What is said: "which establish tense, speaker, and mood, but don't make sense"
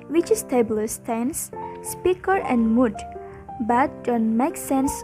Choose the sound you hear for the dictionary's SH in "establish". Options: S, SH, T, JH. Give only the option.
S